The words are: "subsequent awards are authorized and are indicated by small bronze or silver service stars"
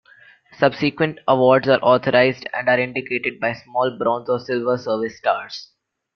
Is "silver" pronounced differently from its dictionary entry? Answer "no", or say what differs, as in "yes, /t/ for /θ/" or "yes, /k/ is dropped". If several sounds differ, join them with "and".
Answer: no